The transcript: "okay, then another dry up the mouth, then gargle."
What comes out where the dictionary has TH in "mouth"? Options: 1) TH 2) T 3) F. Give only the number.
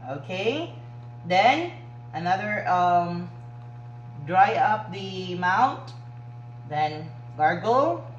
2